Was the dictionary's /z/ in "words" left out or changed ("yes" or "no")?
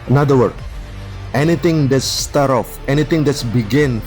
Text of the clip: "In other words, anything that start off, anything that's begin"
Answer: yes